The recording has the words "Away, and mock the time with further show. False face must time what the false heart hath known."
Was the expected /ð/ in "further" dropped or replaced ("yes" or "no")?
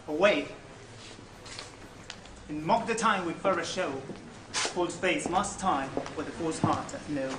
yes